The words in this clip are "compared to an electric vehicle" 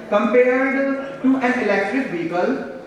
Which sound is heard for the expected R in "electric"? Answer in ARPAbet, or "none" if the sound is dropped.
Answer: R